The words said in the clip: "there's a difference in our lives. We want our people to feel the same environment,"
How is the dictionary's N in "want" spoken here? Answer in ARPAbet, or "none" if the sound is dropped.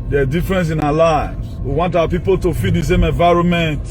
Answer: N